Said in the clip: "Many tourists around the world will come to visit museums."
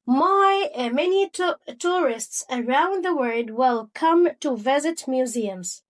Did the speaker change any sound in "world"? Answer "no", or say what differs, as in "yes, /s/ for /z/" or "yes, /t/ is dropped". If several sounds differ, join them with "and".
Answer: yes, /l/ is dropped